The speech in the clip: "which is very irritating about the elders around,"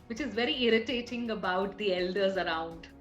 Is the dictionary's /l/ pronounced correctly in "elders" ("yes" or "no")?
yes